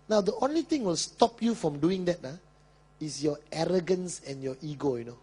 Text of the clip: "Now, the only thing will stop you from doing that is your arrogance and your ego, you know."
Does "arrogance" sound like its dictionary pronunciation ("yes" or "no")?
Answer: yes